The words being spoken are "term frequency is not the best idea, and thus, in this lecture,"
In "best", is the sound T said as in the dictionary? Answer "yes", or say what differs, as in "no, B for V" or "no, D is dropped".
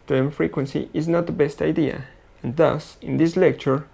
yes